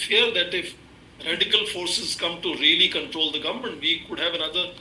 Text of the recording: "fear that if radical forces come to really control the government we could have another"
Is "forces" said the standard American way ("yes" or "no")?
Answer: yes